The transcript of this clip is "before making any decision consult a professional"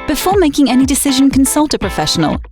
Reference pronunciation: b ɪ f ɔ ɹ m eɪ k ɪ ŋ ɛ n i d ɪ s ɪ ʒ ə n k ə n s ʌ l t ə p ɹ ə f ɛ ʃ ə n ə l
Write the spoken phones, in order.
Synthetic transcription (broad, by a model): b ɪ f ɔ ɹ m eɪ k ɪ ŋ ɛ n i d ɪ s ɪ ʒ ə n k ə n s ʌ l t ə p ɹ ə f ɛ ʃ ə n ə l